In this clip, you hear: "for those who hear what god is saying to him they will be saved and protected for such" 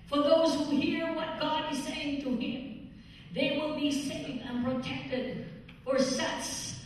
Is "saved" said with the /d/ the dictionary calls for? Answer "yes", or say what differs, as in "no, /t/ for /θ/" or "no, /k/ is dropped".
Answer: no, /d/ is dropped